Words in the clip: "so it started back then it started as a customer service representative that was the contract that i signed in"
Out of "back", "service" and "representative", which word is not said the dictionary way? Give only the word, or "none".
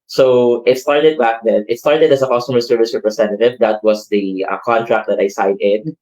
representative